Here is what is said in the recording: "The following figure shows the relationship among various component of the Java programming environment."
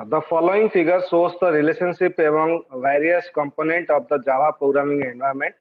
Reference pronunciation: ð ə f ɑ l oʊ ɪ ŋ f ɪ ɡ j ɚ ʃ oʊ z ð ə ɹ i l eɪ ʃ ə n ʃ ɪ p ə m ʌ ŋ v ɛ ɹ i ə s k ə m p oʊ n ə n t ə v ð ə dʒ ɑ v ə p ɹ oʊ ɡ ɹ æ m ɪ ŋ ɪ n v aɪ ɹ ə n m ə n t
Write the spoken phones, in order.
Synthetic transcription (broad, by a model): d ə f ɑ l oʊ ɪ ŋ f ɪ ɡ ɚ s oʊ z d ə ɹ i l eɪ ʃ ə n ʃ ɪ p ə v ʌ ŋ v ɛ ɹ i ə s k ə m p oʊ n ə n t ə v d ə dʒ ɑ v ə p ɹ oʊ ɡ ɹ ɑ m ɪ ŋ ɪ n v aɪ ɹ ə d m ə n t